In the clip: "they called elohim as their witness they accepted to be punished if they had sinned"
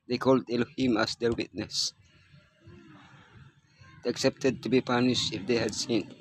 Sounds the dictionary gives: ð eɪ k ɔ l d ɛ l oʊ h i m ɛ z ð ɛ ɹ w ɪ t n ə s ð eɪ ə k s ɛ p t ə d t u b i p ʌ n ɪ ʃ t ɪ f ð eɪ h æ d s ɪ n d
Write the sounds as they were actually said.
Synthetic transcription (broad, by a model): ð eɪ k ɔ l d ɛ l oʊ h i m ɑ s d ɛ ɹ w ɪ t n ə s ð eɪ ə k s ɛ p t ə d t u b i p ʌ n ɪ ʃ ɪ f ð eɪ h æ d s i n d